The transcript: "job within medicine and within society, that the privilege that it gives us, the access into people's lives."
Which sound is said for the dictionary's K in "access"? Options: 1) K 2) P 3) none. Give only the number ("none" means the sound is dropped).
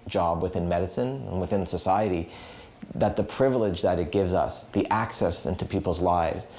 1